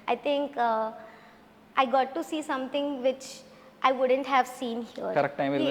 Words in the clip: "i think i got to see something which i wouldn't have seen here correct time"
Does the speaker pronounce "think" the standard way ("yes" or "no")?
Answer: no